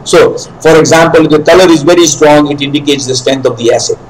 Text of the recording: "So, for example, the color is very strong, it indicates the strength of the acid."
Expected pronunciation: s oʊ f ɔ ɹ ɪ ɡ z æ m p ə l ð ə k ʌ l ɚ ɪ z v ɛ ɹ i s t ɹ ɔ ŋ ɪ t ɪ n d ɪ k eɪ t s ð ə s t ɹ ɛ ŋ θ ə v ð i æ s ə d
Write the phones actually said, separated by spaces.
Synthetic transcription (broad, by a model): s oʊ f ɔ ɹ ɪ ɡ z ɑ m p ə l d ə k ʌ l ɚ ɪ z v ɛ ɹ i s t ɹ ɔ ŋ ɪ t ɪ n d ɪ k eɪ t s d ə s t ɹ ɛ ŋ t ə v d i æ s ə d